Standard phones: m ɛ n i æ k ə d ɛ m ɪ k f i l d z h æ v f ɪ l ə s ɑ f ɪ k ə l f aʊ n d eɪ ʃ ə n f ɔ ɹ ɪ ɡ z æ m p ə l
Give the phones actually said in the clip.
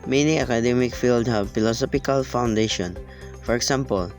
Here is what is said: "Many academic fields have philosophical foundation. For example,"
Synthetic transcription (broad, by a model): m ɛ n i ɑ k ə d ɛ m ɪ k f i l d h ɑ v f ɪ l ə s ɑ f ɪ k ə l f aʊ n d eɪ ʃ ə n f ɔ ɹ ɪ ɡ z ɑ m p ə l